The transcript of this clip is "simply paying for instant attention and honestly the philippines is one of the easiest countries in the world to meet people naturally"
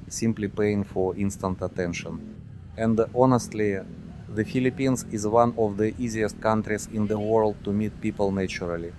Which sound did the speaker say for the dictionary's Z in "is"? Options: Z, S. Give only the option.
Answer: Z